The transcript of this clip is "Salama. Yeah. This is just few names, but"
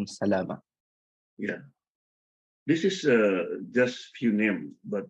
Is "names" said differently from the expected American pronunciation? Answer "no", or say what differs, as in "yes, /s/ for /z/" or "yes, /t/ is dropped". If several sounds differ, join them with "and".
yes, /z/ is dropped